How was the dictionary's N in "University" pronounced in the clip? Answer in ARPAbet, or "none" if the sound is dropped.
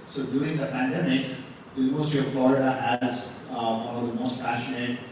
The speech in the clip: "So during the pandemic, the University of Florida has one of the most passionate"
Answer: none